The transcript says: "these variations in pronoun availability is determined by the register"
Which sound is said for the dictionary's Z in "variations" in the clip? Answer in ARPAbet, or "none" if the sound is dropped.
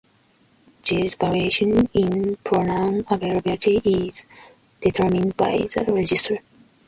none